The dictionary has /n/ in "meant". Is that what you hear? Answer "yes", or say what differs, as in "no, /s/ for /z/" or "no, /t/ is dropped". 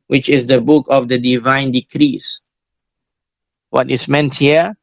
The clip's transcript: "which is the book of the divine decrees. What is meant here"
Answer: yes